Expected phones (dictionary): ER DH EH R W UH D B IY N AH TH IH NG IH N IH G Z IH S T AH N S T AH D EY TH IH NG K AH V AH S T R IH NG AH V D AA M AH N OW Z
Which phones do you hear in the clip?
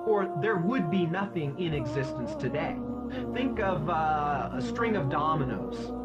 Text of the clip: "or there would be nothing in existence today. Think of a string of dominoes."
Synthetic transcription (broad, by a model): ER DH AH R W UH D B IY N AH TH IH NG IH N IH G Z IH S T AH N S T AH D EY TH IH NG K AH V AH S T R IH NG AH V D AA M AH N OW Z